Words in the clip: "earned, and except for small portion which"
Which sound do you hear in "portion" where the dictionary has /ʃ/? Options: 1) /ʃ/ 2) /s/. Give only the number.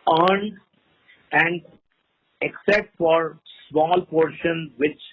1